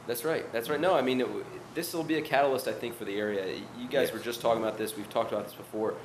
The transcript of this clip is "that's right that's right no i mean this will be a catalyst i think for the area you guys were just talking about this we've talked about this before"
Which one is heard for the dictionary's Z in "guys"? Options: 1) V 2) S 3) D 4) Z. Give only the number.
4